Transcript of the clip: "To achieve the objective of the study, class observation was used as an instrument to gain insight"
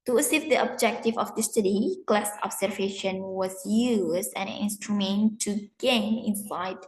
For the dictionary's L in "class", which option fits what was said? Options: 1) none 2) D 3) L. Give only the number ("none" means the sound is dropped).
3